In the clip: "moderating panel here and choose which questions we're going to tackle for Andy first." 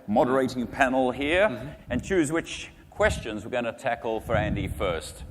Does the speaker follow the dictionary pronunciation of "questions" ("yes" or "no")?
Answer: yes